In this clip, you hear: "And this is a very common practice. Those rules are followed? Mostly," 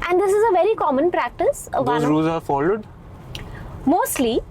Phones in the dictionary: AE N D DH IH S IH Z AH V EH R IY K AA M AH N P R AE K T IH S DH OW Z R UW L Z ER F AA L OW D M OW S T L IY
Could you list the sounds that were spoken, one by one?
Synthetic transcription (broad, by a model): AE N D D IH S IH Z AH V EH R IY K AA M AH N P R AE K T IH S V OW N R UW Z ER F AA L OW D M OW S T L IY